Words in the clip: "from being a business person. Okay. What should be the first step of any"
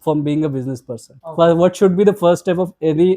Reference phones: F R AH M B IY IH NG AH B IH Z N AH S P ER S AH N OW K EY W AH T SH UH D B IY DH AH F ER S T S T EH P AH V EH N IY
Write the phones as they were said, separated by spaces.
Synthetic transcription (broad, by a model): F R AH M B IY IH NG AH B IH Z N AH S P ER S AH N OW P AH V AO T SH UH D B IY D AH F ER T S T EH P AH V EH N IY